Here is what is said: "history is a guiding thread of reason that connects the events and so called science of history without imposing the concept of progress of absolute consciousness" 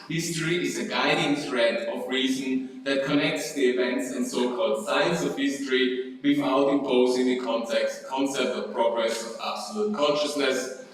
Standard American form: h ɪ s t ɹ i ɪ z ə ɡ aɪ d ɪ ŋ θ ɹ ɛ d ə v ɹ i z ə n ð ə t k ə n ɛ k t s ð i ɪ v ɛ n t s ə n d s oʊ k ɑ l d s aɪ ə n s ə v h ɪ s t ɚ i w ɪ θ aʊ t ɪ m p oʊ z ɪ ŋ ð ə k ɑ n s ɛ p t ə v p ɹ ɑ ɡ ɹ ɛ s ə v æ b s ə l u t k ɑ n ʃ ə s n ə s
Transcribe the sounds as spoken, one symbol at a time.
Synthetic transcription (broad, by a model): h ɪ s t ɹ i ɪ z ə ɡ aɪ d ɪ ŋ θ ɹ ɛ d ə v ɹ i z ə n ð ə t k ə n ɛ k t s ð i ɪ v ɛ n t s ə n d s oʊ k ɑ l d s aɪ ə n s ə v h ɪ s t ɚ i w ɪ f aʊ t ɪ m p oʊ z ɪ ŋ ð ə k ɑ n s ɛ p t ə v p ɹ ɑ ɡ ɹ ɛ s ə v æ b s ə l u t k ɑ n ʃ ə s n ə s